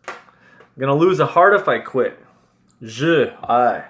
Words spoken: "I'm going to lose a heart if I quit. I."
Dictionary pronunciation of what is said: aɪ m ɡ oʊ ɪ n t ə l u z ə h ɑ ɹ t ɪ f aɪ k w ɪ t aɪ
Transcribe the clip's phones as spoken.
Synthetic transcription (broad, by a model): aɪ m ɡ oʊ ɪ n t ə l u z ə h ɑ ɹ t ɪ f aɪ k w ɪ t aɪ